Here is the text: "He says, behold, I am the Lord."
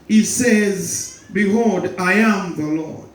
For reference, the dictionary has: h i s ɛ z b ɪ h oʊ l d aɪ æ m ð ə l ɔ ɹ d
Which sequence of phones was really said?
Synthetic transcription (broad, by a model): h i s ɛ z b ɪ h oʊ d aɪ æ m ð ə l ɔ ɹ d